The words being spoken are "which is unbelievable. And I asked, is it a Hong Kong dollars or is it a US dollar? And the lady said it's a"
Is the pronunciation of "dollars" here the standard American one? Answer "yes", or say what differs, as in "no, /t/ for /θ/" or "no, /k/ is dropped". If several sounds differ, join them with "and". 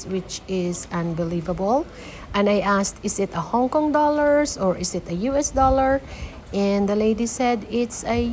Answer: no, /s/ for /z/